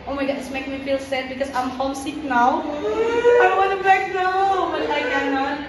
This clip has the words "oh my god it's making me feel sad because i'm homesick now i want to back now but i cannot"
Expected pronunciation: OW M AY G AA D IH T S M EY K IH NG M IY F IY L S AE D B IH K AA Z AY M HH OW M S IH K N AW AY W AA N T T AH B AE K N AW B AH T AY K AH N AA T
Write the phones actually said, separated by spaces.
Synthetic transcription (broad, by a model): OW M AY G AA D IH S M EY IH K M IY F IY L S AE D B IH K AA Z AY M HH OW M S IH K N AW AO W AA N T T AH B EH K N AW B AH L AY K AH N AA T